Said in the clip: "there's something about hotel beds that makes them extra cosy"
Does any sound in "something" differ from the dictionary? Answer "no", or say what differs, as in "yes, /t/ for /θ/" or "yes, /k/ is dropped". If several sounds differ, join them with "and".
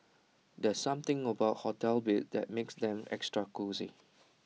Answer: yes, /t/ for /θ/